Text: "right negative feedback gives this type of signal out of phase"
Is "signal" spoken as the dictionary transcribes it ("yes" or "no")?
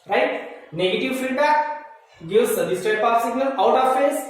no